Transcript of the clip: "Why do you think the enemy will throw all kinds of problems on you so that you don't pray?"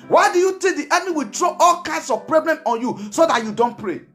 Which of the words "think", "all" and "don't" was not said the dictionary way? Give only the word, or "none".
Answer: think